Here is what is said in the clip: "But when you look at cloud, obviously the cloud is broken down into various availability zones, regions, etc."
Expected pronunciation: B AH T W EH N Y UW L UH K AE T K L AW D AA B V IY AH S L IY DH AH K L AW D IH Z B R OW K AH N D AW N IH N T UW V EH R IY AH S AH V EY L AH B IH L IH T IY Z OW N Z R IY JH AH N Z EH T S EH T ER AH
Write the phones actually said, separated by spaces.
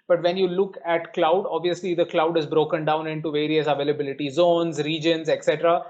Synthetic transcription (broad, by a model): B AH T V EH N Y UW L UH K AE T K L AW D AA B V IY AH S L IY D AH K L AW D IH Z B R OW K AH N D AW N IH N T UW V EH R IY AH S AH V EY L AH B IH L IH T IY Z OW N Z R IY JH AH N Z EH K S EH T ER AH